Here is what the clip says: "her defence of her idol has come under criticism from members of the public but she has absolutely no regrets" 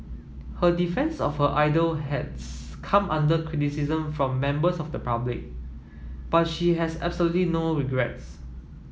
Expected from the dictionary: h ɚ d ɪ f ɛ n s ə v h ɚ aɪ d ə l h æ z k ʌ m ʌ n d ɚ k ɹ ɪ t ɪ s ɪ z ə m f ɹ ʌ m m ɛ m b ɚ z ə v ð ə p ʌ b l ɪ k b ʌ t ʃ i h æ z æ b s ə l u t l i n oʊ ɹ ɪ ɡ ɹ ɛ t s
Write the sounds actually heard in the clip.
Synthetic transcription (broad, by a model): h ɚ d ɪ f ɛ n s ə f h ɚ aɪ d ə l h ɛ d k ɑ m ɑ n d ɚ k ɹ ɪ t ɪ s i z ə m f ɹ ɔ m m ɛ m b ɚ s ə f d ə p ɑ b l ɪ k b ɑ t ʃ i h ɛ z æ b s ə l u t l i n oʊ ɹ ɪ ɡ ɹ ɛ t s